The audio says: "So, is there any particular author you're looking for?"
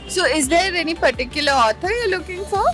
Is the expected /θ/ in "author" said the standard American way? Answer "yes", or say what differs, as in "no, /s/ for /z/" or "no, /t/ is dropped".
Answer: no, /t/ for /θ/